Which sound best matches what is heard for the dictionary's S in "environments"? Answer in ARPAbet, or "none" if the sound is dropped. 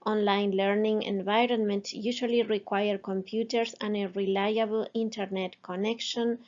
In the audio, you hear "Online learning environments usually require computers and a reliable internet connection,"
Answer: none